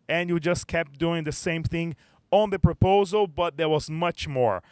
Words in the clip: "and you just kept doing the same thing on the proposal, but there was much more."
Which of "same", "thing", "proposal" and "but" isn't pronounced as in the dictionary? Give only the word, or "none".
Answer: none